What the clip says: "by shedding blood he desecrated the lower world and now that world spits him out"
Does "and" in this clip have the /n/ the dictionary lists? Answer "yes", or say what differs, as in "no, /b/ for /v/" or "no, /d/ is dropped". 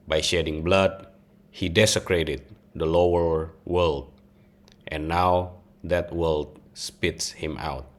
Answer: no, /l/ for /n/